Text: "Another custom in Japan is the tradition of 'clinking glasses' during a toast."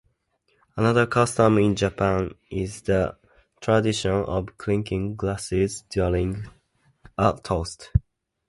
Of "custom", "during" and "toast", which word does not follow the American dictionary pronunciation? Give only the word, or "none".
during